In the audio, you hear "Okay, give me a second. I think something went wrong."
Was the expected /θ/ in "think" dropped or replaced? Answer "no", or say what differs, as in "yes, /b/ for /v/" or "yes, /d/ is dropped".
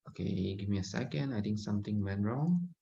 yes, /t/ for /θ/